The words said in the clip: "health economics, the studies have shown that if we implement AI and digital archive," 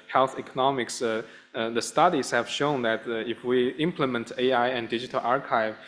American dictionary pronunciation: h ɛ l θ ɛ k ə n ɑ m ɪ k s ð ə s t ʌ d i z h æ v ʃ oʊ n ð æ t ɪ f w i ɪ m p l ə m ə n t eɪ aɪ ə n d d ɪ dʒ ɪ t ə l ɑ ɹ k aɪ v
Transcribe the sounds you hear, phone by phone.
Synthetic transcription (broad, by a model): h ɛ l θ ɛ k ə n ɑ m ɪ k s ð ə s t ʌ d i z h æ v ʃ oʊ n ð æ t ɪ f w i ɪ m p l ə m ə n t eɪ aɪ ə n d d ɪ dʒ ɪ t ə l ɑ ɹ k aɪ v